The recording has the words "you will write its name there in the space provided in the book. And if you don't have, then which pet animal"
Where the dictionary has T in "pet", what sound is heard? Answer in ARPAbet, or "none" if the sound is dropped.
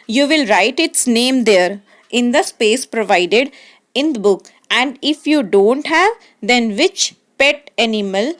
T